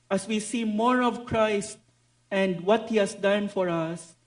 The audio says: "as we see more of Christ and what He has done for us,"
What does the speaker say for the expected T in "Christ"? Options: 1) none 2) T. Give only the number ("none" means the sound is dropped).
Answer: 2